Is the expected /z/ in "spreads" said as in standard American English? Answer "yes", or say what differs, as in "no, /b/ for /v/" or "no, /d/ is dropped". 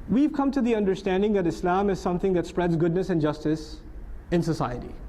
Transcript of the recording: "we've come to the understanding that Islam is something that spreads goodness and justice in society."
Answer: yes